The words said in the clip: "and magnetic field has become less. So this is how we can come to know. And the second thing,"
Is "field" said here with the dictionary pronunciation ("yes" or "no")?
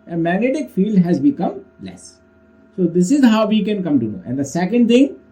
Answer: yes